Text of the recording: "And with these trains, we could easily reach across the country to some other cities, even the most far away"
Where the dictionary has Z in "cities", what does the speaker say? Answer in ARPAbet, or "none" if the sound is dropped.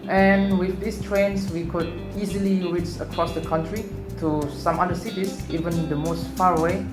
S